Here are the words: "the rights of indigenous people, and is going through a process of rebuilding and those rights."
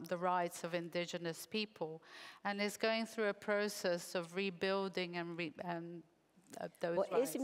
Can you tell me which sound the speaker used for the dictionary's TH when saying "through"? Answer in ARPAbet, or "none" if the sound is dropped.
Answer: TH